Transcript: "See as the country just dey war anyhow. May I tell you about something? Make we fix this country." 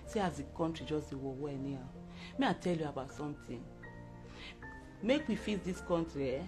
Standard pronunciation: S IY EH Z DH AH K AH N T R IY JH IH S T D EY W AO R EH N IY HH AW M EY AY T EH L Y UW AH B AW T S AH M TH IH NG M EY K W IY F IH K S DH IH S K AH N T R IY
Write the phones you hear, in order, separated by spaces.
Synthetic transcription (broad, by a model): S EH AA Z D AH K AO N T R IY JH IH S D EY W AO W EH N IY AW M EY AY T EH L Y UW AH B AW T S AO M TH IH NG M EY K W IY F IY S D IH S K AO N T R IY